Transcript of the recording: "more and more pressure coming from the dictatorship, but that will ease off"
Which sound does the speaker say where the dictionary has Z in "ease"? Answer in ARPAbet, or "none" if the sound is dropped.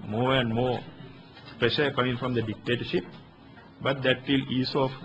S